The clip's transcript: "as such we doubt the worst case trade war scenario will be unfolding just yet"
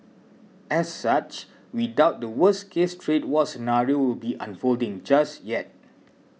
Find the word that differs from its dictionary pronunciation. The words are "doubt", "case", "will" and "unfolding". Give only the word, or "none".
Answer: none